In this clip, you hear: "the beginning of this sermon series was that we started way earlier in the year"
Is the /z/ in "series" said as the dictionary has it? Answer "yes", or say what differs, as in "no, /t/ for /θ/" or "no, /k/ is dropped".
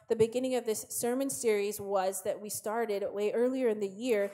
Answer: yes